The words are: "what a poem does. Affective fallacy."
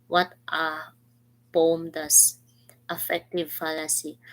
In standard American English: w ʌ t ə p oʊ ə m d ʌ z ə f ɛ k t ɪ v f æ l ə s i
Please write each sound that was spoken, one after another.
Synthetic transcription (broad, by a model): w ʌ t ə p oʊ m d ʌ s ə f ɛ k t ɪ v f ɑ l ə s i